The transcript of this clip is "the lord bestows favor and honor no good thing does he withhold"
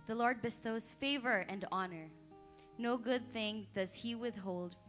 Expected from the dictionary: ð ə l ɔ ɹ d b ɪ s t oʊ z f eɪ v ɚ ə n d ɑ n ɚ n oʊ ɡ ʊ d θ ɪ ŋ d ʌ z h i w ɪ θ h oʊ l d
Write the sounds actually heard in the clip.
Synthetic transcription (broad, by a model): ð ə l ɔ ɹ d b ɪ s t oʊ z f eɪ v ɚ ə n d ɑ n ɚ n oʊ ɡ ʊ d θ ɪ ŋ d ʌ z h i w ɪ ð h oʊ l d